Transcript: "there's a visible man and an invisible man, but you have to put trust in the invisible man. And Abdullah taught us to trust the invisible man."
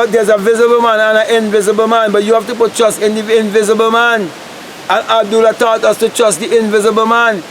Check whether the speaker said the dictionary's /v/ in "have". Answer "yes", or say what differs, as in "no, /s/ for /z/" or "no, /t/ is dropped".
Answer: no, /f/ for /v/